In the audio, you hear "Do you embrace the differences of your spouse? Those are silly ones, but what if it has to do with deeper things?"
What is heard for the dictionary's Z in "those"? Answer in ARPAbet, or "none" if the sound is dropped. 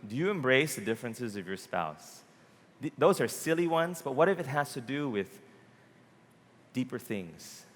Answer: Z